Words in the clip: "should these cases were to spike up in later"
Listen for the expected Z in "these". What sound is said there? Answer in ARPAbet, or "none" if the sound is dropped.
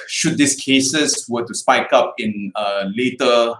S